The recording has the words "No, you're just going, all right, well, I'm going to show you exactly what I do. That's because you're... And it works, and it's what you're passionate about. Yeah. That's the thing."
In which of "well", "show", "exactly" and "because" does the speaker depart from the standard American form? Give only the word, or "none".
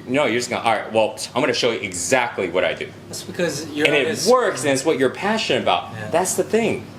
none